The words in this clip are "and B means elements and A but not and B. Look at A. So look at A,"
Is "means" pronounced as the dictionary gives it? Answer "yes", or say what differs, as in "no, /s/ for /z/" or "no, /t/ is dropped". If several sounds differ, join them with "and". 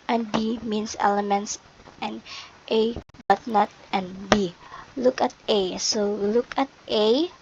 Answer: no, /s/ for /z/